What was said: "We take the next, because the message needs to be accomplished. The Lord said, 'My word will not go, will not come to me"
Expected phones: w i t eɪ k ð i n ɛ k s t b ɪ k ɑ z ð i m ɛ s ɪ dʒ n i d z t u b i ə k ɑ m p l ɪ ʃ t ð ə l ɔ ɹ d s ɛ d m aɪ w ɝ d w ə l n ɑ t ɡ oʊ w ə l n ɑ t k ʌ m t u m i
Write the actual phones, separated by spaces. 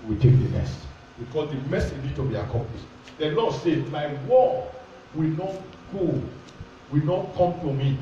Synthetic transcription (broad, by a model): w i t eɪ k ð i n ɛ s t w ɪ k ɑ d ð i m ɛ s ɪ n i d t u b i ə k ɑ m p l ɪ ʃ t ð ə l ɔ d s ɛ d m aɪ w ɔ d w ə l n ɑ t ɡ oʊ w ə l n ɑ t k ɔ m t u m i